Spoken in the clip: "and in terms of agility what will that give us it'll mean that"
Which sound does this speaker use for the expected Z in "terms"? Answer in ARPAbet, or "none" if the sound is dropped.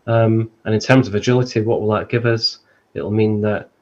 Z